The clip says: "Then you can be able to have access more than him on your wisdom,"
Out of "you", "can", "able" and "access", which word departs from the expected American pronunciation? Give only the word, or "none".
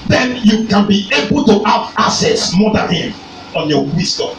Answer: access